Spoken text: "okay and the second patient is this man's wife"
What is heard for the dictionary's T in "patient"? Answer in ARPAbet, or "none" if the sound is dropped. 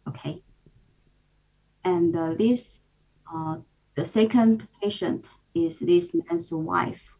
T